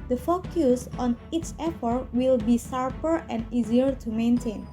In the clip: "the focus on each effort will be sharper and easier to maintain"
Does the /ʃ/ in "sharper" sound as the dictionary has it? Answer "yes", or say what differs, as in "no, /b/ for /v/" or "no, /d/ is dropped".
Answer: no, /s/ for /ʃ/